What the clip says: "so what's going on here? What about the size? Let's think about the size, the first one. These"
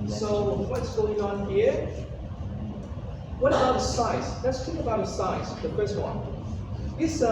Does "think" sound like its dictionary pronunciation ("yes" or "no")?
no